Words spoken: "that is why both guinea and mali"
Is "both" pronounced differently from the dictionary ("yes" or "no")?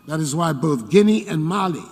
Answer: no